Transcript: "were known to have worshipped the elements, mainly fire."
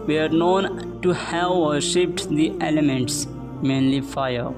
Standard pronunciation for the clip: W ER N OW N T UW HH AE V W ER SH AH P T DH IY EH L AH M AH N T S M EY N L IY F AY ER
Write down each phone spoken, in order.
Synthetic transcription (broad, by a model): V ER N OW N T UW HH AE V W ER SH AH P T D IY EH L AH M AH N T S M EY N L IY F AY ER